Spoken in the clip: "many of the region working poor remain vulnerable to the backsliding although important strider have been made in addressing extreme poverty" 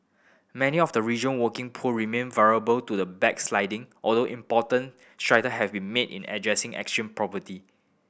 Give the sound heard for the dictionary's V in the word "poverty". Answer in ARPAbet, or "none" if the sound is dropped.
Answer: P